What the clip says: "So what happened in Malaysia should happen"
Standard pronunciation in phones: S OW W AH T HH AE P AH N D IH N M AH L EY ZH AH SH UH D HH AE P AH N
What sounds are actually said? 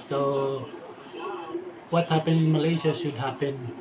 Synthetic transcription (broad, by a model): S OW W AH T HH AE P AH N IH N M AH L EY SH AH SH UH D HH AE P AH N